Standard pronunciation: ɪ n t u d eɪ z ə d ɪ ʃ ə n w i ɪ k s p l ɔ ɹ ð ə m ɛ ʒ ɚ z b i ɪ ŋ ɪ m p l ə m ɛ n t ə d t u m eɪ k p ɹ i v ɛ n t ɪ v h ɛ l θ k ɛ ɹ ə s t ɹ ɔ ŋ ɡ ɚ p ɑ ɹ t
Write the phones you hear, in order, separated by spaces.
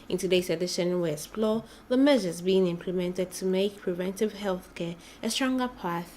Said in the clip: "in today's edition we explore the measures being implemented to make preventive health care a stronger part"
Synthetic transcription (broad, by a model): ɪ n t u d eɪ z ə d ɪ ʃ ə n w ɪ s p l ɔ ð ə m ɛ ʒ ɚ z b i ɪ ŋ ɪ m p l ə m ɛ n t ə d t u m eɪ k p ɹ i v ɛ n t ɪ v h ɛ l θ k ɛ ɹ ə s t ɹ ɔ ŋ ɡ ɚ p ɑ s